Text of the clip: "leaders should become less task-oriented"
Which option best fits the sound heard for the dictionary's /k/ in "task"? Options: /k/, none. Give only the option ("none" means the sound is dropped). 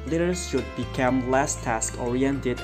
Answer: /k/